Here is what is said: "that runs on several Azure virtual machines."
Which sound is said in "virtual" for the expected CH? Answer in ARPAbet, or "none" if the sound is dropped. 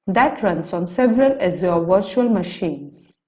CH